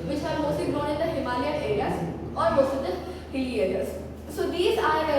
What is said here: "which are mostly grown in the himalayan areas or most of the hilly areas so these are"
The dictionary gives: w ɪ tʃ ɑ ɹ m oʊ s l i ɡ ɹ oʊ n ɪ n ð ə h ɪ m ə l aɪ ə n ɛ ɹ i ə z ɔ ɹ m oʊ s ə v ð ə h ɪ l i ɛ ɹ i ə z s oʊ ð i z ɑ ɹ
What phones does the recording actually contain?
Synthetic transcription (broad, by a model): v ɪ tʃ ɑ ɹ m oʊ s i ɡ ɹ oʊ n ɪ n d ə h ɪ m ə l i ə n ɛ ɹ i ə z ɔ ɹ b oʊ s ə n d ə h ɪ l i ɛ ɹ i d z s oʊ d i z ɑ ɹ